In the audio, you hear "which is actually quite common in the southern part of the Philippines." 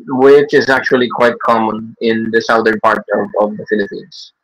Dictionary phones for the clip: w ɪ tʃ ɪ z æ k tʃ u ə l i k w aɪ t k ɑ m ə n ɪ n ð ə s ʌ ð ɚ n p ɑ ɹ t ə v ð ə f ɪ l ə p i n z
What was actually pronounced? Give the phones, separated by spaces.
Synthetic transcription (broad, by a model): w ɪ tʃ ɪ z æ k tʃ u ə l i k w aɪ t k ɑ m ə n ɪ n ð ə s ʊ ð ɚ n p ɑ ɹ t ə v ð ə f ɪ l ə p i n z